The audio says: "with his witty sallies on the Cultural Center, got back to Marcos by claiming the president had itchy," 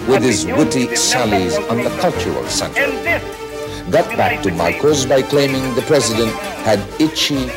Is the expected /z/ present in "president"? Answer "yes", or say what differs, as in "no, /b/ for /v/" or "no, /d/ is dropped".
yes